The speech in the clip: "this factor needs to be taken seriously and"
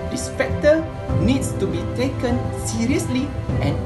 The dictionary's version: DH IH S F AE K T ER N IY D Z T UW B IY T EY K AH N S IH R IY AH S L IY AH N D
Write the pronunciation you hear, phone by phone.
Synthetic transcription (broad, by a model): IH S P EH K T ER N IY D S T UW B IY T EY K AH N S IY R IY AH S L IY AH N